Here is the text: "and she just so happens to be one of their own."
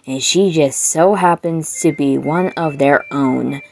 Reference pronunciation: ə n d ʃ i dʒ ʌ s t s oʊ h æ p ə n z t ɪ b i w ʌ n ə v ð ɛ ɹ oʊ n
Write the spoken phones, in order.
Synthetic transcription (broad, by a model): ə n ʃ i dʒ ʌ s t s oʊ h æ p ə n z t ɪ b i w ʌ n ə v ð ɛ ɹ oʊ n